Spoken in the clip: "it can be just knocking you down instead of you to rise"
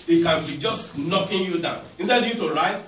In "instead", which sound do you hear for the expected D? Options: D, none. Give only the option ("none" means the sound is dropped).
none